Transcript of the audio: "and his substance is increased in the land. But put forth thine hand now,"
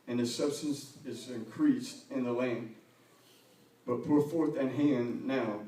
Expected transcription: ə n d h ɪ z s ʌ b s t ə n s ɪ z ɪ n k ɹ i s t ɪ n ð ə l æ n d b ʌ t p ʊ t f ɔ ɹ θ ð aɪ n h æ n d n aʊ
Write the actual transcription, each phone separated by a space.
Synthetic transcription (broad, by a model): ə n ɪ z s ʌ b s t ə n s ɪ z ɪ n k ɹ i s t ɪ n ð ə l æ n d b ʌ t p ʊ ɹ f ɔ ɹ θ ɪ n h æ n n aʊ